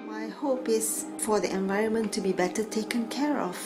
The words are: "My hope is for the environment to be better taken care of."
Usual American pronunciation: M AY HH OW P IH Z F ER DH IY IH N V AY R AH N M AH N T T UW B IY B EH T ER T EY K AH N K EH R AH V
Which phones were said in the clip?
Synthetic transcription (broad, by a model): M AY HH OW P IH S F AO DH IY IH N V AY R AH N M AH N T T UW B IY B EH T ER T EY K AH N K EH R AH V